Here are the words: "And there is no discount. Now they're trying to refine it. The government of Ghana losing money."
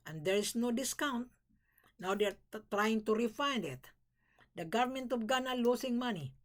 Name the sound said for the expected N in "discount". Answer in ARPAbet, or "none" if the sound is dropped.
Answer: N